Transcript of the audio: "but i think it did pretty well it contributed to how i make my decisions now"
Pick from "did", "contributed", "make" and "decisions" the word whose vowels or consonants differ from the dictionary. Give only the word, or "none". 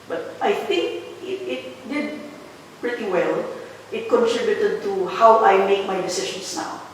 decisions